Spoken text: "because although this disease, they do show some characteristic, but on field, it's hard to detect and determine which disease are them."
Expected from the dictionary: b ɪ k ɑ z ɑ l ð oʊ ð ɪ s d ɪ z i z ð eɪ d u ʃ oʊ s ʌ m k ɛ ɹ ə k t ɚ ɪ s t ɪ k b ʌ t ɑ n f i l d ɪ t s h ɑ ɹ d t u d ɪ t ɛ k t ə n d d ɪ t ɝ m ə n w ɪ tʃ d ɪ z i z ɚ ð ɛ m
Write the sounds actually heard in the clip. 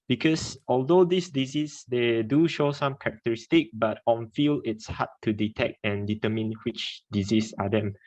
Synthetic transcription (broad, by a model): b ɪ k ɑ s ɑ l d oʊ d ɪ s d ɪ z i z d eɪ d u ʃ oʊ s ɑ m k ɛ ɹ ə k t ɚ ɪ s t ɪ k b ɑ t ɑ n f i l ɪ t s h ɑ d t u d ɪ t ɛ k t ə n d d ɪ t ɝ m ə n w ɪ tʃ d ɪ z i s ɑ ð ɛ m